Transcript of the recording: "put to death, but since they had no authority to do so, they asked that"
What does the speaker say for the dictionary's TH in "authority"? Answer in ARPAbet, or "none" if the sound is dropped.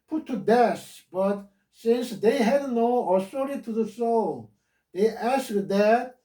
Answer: S